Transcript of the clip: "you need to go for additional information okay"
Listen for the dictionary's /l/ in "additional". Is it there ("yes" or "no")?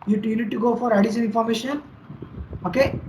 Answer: no